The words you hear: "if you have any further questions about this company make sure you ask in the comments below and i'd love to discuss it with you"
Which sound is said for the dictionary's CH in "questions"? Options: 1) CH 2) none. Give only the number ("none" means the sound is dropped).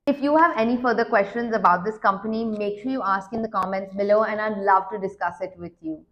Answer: 1